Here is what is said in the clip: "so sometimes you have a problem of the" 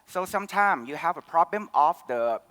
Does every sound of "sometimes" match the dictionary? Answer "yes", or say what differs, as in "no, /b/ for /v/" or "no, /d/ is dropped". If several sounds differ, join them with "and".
no, /z/ is dropped